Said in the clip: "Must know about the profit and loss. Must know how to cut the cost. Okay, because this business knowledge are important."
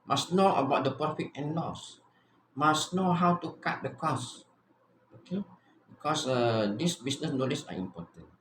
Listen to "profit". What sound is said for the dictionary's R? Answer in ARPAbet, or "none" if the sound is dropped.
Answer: none